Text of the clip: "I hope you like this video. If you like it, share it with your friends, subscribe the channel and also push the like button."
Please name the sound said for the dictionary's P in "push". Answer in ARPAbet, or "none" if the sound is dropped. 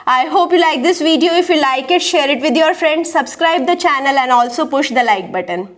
P